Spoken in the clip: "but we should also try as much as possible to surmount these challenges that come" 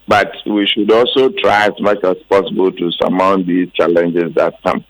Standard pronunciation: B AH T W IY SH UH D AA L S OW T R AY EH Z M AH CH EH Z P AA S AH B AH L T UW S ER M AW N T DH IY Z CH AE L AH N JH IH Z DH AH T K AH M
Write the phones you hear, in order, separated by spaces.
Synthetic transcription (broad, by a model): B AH T W IY SH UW D AA L S OW T R AY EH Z M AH CH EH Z P AA S AH B AH L T UW S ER M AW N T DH IY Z CH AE L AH N JH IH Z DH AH T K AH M